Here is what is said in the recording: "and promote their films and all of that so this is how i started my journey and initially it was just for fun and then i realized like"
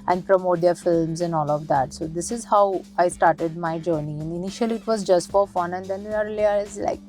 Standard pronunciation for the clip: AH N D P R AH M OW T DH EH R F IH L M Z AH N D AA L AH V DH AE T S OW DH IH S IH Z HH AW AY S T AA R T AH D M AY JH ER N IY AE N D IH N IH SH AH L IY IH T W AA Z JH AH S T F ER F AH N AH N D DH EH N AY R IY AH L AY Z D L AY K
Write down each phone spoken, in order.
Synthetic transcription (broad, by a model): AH N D P R AH M OW T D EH R F IH L M Z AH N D AA L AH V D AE T S OW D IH S IH Z HH AW AY S T AA R T AH D M AY JH ER N IY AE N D IH N IH SH AH L IY IH T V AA Z JH AH S T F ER F AH N AH N D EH N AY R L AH AY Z L AY K